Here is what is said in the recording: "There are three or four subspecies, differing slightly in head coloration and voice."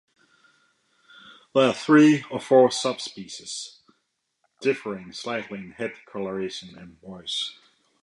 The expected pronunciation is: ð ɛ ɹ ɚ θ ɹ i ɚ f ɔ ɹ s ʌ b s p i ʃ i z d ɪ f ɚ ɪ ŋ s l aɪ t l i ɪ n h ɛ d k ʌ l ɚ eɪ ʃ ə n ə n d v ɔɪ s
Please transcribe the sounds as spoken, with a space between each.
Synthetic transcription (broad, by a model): ð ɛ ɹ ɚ θ ɹ i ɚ f ɔ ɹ s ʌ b s p i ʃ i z d ɪ f ɚ ɪ ŋ s l aɪ t l i ɪ n h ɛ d k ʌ l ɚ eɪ ʃ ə n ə n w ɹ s